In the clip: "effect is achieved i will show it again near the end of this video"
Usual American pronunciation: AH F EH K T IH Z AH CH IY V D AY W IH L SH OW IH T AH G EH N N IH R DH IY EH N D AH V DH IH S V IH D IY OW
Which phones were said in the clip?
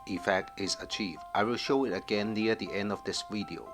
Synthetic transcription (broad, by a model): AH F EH K T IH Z AH CH IY V D AY W IH L SH OW IH T AH G EH N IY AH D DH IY EH N D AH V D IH S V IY D IY OW